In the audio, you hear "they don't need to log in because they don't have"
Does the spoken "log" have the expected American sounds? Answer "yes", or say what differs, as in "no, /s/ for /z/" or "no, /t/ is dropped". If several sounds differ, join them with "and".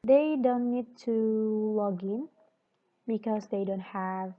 yes